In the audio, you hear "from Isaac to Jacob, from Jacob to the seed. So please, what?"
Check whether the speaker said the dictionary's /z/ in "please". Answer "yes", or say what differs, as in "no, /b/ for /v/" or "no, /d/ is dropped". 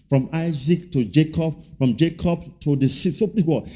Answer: no, /z/ is dropped